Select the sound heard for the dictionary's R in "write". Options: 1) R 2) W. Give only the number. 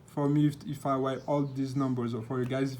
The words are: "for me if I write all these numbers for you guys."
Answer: 2